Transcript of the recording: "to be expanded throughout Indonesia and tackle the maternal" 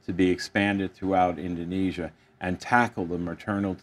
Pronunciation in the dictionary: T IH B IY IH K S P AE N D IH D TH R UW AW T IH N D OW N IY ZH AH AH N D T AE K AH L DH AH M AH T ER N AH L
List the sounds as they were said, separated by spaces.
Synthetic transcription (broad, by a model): T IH B IY IH K S P AE N D IH D TH R UW AW T IH N D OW N IY ZH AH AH N T AE K L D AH M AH T ER N L